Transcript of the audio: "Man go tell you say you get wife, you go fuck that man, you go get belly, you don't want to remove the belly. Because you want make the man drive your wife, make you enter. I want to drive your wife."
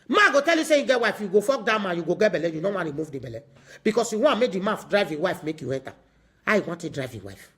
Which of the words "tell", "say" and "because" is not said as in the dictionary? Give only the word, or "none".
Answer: because